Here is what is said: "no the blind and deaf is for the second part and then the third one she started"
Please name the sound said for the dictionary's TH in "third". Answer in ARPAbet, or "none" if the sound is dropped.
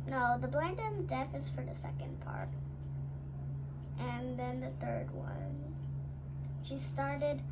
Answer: TH